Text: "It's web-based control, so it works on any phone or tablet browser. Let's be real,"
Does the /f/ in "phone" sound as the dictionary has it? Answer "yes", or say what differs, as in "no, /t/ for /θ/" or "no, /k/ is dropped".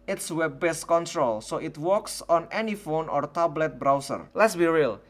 yes